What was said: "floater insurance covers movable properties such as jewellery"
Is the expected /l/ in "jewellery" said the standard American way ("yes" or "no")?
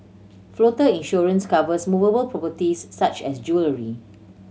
yes